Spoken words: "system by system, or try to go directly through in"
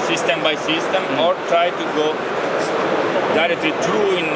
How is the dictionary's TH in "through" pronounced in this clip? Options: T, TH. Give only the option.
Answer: T